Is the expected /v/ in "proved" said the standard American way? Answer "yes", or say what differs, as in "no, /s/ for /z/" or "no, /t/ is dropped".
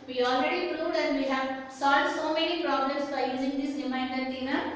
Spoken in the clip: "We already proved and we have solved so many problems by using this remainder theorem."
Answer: no, /v/ is dropped